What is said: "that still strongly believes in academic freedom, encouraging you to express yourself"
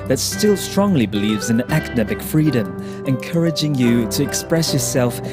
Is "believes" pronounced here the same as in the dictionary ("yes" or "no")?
yes